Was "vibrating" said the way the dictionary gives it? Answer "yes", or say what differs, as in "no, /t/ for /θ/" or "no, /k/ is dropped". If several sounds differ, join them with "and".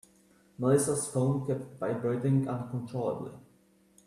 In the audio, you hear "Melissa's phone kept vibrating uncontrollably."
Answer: no, /b/ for /v/